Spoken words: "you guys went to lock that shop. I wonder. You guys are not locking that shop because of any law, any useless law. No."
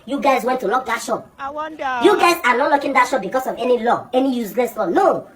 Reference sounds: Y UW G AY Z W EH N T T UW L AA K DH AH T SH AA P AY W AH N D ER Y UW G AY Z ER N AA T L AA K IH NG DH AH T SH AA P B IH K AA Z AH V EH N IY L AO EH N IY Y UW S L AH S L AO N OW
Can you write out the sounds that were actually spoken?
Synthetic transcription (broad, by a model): Y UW G AY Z W EH N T T UW L AA K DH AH T SH AA P Y UW G AY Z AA N AA T L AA K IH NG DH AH T SH AA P B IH K AA S AH V EH N IY L AO EH N IY Y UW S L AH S L AO N OW